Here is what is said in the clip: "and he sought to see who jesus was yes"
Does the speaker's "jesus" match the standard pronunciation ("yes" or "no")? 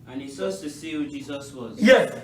yes